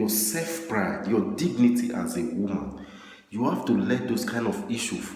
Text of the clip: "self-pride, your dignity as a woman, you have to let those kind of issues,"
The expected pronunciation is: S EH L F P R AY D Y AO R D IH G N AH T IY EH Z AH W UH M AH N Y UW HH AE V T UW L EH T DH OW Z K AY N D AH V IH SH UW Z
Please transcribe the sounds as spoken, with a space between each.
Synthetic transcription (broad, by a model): S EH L F P R AY D Y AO D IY G N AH T IY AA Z AH W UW M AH N Y UW HH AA F T UW L EH T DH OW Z K AY N D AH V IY SH UW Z